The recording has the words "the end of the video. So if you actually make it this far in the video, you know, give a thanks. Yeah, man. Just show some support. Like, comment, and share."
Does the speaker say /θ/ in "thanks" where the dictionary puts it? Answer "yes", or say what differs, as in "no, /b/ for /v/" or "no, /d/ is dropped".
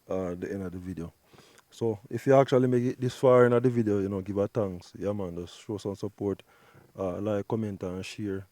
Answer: no, /t/ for /θ/